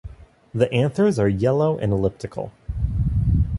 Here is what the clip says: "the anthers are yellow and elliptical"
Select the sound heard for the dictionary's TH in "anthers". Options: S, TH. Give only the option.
TH